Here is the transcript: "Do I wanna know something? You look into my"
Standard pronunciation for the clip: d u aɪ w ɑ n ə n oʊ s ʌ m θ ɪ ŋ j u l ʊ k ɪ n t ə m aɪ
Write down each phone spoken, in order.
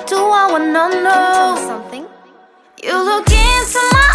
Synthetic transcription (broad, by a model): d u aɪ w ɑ n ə n oʊ s ʌ m θ ɪ ŋ j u l ʊ k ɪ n s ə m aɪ